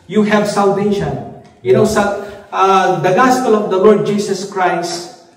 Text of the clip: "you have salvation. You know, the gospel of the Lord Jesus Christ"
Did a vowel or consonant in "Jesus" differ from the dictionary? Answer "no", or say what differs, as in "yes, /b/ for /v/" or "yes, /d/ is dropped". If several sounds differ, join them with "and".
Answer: yes, /s/ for /z/